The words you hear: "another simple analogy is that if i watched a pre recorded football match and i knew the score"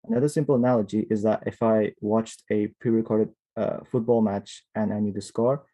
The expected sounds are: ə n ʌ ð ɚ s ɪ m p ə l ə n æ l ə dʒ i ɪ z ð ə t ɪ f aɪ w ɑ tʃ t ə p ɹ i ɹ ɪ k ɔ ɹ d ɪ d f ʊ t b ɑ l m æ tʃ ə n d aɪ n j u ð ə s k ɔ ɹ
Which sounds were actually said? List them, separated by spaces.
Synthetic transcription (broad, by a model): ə n ʌ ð ɚ s ɪ m p l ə n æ l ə dʒ i ɪ z ð ə t ɪ f aɪ w ɑ tʃ t ə p ɹ i ɹ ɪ k ɔ ɹ d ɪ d f ʊ t b ɑ l m æ tʃ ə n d aɪ n j u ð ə s k ɔ ɹ